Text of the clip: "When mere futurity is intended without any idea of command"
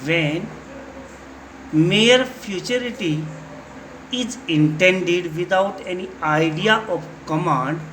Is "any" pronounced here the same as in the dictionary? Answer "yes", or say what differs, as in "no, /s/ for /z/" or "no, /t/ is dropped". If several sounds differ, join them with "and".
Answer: yes